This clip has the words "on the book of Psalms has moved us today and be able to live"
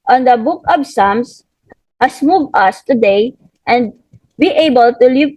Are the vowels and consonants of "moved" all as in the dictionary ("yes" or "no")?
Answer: no